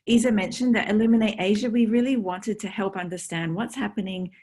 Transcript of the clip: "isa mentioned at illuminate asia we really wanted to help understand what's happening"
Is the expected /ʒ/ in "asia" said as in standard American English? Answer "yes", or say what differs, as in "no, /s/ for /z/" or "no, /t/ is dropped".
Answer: yes